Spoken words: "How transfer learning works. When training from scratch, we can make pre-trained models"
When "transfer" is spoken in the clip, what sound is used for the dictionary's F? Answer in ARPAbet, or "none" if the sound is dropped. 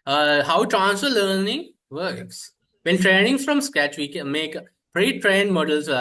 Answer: none